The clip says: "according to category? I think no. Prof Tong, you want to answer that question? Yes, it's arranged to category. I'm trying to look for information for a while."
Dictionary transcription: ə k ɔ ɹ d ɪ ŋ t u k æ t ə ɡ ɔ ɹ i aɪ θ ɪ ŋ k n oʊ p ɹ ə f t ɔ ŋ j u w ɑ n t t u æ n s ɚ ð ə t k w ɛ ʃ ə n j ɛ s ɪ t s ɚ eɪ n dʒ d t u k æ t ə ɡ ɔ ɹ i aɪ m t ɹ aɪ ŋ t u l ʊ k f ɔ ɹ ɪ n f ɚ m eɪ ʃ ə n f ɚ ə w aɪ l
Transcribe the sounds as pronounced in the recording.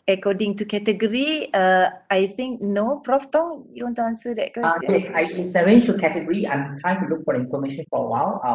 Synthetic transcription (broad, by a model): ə k ɔ d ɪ ŋ t u k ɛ t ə ɡ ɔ ɹ i aɪ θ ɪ ŋ k n oʊ p ɹ ə f t ɔ ŋ j u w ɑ n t t u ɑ n s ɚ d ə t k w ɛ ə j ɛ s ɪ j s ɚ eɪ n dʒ t u k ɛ t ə ɡ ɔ ɹ i aɪ m t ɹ aɪ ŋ t u l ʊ k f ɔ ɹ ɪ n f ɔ m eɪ ʃ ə n f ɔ ə w aɪ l